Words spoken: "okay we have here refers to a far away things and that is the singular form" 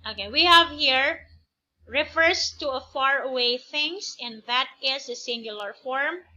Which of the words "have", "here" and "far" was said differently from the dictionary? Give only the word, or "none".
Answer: none